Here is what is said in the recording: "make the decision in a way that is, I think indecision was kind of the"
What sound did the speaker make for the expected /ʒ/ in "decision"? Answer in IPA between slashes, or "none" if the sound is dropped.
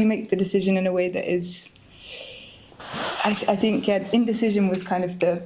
/ʒ/